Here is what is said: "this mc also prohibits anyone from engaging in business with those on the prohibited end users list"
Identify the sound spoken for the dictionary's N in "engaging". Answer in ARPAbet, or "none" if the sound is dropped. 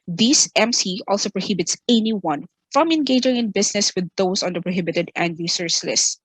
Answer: N